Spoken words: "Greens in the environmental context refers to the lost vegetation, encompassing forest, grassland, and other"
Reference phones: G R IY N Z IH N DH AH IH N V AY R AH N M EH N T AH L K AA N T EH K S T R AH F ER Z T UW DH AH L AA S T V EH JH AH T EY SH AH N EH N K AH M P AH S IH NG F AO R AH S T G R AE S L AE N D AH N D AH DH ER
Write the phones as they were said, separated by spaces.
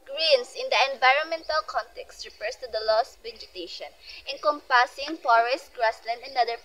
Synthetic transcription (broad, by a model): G R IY N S IH N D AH IH N V AY R AH N M EH N T AH L K AA N T EH K S T R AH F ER S T UW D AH L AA S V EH JH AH T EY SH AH N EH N K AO M P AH S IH NG P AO R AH S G R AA S L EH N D AH N D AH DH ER